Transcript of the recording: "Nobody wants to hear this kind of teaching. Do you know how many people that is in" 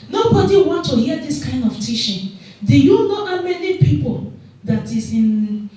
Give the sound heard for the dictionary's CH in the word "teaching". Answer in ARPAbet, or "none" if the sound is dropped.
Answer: SH